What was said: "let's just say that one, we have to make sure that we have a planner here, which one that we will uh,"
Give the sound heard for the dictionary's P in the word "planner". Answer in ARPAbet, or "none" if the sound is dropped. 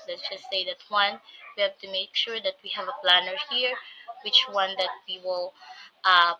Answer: P